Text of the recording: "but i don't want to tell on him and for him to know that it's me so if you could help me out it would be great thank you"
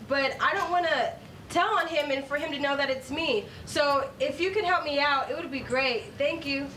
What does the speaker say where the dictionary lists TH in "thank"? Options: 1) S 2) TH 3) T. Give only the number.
2